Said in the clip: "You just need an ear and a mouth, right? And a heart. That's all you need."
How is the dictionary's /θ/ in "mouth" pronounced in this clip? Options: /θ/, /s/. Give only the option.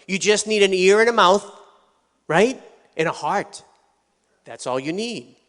/θ/